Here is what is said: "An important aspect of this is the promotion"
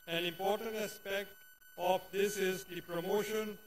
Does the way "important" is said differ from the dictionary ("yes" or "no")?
no